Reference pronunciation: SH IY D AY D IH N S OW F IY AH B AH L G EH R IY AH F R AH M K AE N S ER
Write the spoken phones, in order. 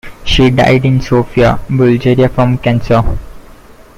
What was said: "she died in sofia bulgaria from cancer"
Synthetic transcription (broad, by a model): SH IY D AY D IH N S OW F IY AH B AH L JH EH R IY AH F R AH M K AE N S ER